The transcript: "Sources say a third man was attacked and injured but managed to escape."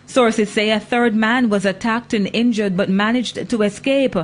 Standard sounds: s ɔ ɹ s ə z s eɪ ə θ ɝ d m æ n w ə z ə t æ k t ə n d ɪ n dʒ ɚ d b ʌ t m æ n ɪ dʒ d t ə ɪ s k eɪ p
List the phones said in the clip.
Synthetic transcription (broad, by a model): s ɔ ɹ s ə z s eɪ ə θ ɝ d m æ n w ə z ə t æ k t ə n ɪ n dʒ ɚ d b ʌ t m æ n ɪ dʒ t ə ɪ s k eɪ p